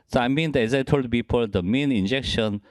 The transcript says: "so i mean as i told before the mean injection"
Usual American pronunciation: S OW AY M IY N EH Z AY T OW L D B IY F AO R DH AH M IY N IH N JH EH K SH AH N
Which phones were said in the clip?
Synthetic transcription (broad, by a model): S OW AY M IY N EH Z AY T OW L D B IY P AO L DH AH M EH N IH N JH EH K SH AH N